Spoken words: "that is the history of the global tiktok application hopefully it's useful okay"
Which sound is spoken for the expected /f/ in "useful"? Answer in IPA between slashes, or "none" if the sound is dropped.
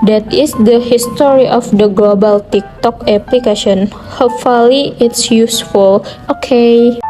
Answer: /f/